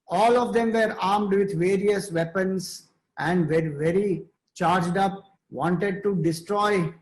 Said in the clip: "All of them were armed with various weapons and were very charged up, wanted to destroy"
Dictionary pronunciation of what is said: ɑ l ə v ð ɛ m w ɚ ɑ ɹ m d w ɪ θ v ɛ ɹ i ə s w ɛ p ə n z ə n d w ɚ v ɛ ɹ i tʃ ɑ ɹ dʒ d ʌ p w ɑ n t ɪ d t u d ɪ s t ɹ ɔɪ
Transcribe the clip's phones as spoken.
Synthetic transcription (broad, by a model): ɑ l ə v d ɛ m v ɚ ɑ ɹ m d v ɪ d v ɛ ɹ i ə s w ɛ p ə n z ə n d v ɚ v ɛ ɹ i tʃ ɑ ɹ dʒ d ʌ p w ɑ n t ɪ d t u d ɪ s t ɹ ɔɪ